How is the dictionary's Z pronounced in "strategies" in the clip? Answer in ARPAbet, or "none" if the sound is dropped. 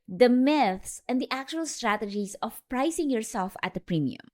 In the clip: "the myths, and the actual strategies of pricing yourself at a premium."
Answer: S